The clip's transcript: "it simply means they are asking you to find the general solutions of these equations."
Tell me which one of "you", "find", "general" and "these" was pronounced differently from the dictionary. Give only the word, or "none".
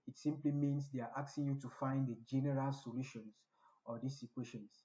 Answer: these